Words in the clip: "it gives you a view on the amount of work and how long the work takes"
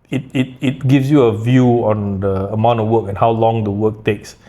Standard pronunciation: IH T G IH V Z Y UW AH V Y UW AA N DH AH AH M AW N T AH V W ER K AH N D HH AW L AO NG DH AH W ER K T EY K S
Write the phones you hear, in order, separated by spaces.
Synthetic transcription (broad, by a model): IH T G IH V S Y UW AH V Y UW AA N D AH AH M AW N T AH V W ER K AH N HH AW L AO NG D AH W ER K T EY K S